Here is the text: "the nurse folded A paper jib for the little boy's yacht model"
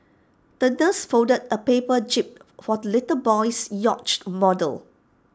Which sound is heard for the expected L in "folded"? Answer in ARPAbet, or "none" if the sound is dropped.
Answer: none